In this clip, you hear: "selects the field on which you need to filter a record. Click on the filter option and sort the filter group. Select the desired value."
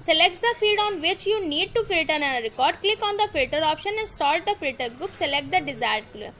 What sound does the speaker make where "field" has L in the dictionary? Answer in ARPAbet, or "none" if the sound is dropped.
none